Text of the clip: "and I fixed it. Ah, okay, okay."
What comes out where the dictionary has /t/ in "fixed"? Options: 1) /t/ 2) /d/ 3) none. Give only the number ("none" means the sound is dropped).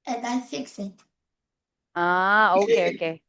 3